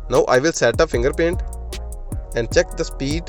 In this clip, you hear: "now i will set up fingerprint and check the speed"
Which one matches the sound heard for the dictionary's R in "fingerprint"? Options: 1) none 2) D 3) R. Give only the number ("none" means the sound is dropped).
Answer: 1